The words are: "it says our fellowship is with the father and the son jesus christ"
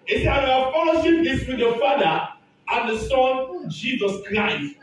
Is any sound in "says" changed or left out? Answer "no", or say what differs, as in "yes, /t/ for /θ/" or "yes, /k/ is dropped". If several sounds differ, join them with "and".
yes, /z/ is dropped